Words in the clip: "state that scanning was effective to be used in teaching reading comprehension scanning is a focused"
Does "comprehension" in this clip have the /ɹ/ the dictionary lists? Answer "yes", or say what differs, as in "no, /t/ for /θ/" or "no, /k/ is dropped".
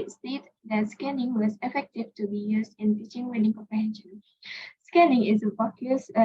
yes